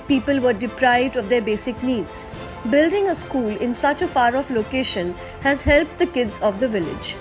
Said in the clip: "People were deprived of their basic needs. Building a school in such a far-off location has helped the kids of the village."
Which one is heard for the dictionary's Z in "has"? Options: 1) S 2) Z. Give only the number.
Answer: 2